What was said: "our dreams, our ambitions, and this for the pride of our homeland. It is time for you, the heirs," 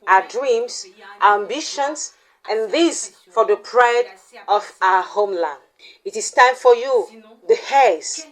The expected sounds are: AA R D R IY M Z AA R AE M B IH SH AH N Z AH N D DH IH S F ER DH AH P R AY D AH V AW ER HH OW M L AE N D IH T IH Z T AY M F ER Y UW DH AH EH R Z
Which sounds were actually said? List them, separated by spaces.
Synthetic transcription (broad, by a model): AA D R IY M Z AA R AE M B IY SH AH N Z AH N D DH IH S F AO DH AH P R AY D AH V AW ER HH OW M L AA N IH T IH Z T AY M F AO Y UW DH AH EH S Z